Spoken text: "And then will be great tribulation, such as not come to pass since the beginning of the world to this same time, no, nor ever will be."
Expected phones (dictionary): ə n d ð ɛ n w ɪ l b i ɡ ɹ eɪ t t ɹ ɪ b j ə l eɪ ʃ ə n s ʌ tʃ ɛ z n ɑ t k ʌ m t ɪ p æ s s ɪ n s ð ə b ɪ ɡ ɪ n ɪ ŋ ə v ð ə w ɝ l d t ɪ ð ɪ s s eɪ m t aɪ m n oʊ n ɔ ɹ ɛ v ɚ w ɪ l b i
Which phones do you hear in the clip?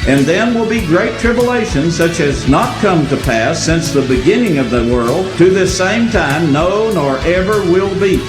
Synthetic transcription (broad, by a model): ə n ð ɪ n w ɪ l b i ɡ ɹ eɪ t t ɹ ɪ b j ə l eɪ ʃ ə n s ʌ tʃ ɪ z n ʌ t k ʌ m t ɪ p æ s s ɪ n s ð ə b ɪ ɡ ɪ n ɪ ŋ ə v ð ə w ɝ l d t ɪ ð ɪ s s eɪ m t aɪ m n oʊ n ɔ ɹ ɛ v ɚ w ɪ l b i